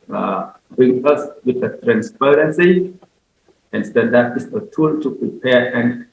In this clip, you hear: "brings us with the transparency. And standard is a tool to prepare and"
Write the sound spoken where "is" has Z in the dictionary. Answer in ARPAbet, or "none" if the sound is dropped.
S